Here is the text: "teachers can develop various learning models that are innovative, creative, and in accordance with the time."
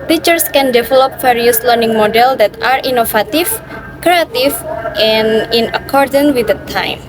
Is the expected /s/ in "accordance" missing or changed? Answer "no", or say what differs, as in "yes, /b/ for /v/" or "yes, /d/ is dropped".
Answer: yes, /s/ is dropped